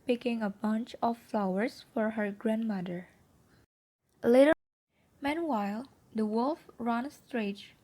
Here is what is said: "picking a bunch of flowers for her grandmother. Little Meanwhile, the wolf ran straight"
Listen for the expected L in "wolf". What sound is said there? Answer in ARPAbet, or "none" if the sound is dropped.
L